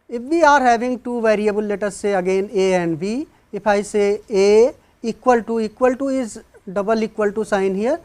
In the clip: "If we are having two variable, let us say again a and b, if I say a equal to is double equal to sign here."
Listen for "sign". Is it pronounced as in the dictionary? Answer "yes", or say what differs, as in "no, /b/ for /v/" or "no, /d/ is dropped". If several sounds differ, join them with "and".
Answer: yes